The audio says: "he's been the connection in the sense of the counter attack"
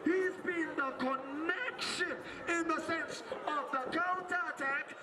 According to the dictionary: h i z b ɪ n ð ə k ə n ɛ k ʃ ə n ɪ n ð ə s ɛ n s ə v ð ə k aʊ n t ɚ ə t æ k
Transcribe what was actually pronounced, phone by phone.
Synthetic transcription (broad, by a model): h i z b ɪ n ð ə k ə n ɛ k ʃ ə n ɪ n ð ə s ɛ n s ə v ð ə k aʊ n t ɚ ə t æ k